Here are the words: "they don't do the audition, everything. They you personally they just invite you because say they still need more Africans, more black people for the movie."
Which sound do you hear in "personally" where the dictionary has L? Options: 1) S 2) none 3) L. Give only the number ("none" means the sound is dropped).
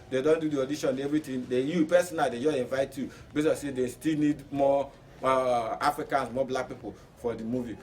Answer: 2